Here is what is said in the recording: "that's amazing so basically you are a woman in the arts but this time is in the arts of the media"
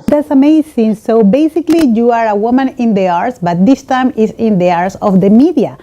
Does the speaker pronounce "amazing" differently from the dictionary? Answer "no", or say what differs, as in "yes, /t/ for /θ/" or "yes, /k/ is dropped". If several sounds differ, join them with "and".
yes, /s/ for /z/